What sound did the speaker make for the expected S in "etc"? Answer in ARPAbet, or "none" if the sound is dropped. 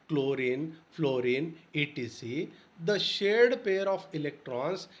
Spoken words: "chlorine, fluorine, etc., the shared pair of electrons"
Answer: none